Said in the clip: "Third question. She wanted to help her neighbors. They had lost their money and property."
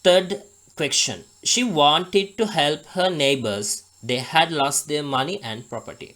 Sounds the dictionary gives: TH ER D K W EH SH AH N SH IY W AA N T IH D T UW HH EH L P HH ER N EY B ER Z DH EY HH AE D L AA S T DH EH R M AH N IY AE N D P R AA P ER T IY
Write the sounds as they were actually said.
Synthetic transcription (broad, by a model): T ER D K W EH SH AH N SH IY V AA N T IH D T UW HH EH L P HH ER N EY B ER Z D EY HH AE D L AA S T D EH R M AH N IY AE N D P R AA P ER T IY